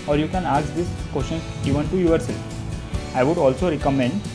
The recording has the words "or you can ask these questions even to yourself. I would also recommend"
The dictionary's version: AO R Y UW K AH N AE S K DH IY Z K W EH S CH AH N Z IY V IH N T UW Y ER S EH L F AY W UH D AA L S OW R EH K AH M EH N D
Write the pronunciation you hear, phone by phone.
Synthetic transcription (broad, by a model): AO R Y UW K AH N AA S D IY S K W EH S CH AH N IY V IH N T UW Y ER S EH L AY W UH D AA L S OW R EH K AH M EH N D